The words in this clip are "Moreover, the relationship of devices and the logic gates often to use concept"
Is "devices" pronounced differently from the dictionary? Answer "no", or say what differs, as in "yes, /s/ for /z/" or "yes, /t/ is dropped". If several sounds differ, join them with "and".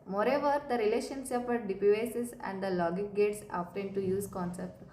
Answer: yes, /p/ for /v/